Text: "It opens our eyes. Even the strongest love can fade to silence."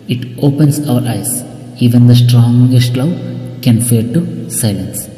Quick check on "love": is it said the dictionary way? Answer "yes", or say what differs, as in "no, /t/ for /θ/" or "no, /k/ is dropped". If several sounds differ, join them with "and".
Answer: no, /w/ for /v/